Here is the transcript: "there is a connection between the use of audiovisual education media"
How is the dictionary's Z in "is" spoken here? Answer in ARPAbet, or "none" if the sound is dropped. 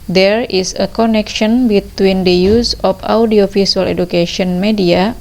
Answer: S